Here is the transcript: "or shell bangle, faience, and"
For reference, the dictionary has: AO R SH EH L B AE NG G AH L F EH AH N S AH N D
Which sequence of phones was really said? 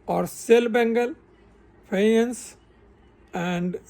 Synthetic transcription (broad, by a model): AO R S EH L B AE NG G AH L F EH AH N S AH N D